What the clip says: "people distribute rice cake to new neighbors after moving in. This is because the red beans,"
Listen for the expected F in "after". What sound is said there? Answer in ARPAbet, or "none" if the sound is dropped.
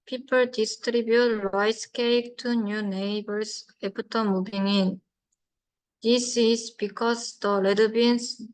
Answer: P